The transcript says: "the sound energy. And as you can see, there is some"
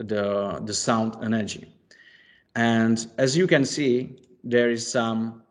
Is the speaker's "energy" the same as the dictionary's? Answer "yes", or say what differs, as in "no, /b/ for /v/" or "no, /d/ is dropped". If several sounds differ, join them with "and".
yes